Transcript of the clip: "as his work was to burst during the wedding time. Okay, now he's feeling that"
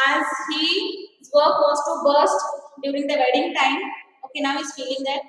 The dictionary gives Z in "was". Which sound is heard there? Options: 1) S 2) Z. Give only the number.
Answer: 1